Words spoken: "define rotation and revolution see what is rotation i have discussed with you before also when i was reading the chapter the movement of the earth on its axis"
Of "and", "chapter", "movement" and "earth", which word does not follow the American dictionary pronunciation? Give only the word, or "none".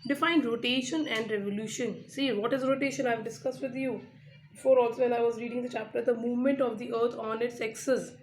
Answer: earth